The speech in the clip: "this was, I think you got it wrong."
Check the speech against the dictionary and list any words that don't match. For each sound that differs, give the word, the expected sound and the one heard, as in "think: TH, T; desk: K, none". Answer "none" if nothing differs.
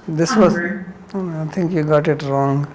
think: TH, T